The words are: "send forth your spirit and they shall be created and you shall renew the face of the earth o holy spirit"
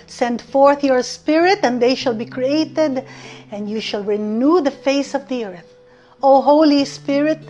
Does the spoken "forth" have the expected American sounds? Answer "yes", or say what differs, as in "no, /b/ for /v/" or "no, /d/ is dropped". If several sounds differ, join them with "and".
yes